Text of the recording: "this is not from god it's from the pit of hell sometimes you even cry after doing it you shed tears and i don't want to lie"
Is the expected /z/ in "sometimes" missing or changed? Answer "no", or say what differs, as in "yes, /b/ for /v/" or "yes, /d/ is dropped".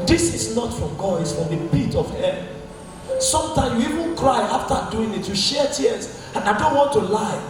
yes, /z/ is dropped